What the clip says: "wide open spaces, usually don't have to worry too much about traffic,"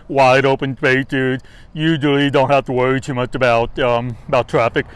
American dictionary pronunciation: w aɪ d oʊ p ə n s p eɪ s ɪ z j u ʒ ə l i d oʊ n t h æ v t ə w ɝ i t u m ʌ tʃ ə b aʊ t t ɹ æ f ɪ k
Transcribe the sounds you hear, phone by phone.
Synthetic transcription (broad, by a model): w aɪ d oʊ p ə n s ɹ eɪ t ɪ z j u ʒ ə l i d oʊ n t h æ f t ə w ɝ i t u m ʌ tʃ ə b aʊ t t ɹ æ f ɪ k